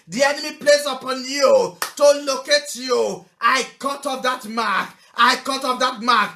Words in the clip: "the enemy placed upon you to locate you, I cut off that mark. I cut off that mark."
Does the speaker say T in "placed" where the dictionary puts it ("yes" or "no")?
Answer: no